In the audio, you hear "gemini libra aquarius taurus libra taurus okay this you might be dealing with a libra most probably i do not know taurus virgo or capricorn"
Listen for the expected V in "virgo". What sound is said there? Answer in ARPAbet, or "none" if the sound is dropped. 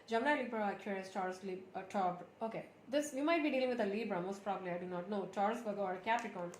B